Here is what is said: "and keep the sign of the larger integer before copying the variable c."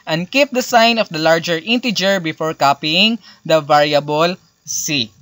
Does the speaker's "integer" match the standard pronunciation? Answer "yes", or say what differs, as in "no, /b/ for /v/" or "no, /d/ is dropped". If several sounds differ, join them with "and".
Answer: yes